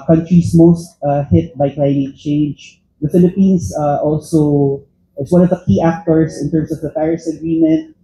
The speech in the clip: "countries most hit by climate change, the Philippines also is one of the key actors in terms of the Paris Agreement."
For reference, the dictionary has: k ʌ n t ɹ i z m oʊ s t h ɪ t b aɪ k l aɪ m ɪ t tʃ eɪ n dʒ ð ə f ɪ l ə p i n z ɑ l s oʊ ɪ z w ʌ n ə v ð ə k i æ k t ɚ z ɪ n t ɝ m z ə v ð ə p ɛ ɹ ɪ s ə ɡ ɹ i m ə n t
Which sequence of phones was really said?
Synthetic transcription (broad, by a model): k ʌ n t ɹ i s m oʊ s t h ɪ t b aɪ k l aɪ m ɪ t tʃ eɪ n dʒ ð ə f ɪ l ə p i n s ɑ l s oʊ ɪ s w ʌ n ə v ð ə k i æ k t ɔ s ɪ n t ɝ m s ə v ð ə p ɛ ɹ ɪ s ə ɡ ɹ i m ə n t